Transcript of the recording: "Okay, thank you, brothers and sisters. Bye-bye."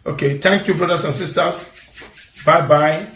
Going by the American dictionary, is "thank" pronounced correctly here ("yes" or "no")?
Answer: no